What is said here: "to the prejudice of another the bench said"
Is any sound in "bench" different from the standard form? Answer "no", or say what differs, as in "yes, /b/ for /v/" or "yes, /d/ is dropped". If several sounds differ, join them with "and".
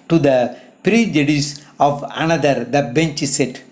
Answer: no